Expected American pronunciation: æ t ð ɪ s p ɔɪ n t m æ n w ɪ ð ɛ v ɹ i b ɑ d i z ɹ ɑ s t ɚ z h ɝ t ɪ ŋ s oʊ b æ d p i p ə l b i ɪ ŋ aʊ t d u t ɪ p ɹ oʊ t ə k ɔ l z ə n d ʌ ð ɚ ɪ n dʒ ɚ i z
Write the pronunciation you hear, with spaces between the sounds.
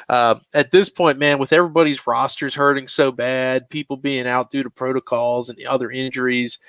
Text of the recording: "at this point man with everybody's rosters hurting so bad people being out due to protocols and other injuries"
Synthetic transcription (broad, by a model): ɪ t ð ɪ s p ɔɪ n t m æ n w ɪ ð ɛ v ɹ i b ɑ d i z ɹ ɑ s t ɚ z h ɝ t ɪ ŋ s oʊ b æ d p i p l b i ɪ ŋ aʊ t d u t ɪ p ɹ oʊ t ə k ɔ l z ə n ʌ ð ɚ ɪ n dʒ ɚ i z